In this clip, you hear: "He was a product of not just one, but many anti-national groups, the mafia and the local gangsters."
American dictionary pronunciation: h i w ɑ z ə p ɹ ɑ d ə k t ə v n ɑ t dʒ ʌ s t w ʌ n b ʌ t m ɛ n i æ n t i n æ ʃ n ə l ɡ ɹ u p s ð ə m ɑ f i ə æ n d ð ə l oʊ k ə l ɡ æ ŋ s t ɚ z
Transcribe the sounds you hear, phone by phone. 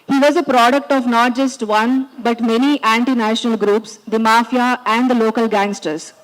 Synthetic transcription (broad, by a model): h i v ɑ z ə p ɹ ɑ d ə k t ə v n ɑ t dʒ ʌ s t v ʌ n b ʌ t m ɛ n i æ n t i n æ ʃ n ə l ɡ ɹ u p s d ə m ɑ f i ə æ n d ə l oʊ k ə l ɡ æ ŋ s t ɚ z